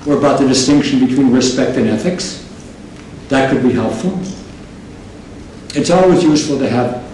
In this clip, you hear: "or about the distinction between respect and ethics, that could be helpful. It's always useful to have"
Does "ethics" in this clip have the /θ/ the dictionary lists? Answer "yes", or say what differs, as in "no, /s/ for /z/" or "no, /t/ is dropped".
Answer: yes